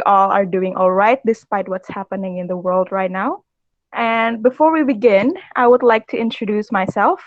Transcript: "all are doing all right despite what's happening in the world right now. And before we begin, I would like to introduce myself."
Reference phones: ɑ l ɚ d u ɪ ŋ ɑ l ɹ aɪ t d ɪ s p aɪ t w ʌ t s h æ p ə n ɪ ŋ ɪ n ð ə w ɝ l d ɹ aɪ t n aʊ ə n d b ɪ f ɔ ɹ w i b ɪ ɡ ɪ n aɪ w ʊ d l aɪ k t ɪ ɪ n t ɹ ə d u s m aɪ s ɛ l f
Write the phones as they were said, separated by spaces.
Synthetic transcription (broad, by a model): ɑ l ɚ d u ɪ ŋ ɑ l ɹ aɪ t d ɪ s p aɪ t w ʌ t s h æ p ə n ɪ ŋ ɪ n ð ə w ɝ l d ɹ aɪ t n aʊ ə n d b ɪ f ɔ ɹ w i b ɪ ɡ ɪ n aɪ w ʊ d l aɪ k t ɪ ɪ n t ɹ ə d u s m aɪ s ɛ l f